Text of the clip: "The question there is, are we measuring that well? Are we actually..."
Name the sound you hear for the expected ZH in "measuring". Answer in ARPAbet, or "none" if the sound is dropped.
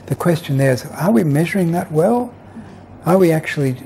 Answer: ZH